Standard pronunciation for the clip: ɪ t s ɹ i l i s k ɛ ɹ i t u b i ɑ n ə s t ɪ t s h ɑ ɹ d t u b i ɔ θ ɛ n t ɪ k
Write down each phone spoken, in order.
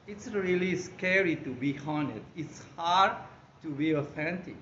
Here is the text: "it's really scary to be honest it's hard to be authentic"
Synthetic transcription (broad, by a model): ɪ t s ɹ i l i s k ɛ ɹ i t u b i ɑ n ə t ɪ t s h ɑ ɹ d t u b i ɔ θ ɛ n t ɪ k